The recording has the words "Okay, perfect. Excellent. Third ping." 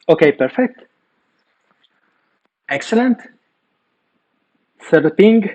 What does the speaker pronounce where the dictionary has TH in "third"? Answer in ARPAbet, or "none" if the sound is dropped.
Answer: S